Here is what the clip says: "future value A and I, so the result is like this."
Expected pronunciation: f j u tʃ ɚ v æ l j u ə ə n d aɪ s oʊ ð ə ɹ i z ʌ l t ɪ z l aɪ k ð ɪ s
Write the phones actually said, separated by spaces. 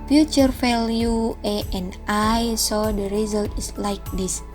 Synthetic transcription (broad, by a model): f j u tʃ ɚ f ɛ l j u ə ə n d aɪ s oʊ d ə ɹ i z ʌ l t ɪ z l aɪ k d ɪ s